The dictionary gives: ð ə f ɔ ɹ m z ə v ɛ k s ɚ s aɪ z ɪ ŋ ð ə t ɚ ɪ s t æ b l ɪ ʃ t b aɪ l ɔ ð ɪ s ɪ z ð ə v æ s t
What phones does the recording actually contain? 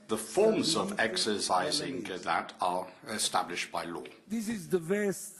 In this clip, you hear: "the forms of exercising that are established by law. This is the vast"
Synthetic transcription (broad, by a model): ð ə f ɔ ɹ m z ə v ɛ k s ɚ s aɪ z ɪ ŋ ð ə t ɚ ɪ s t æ b l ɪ ʃ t b aɪ l ɔ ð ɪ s ɪ z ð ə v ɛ s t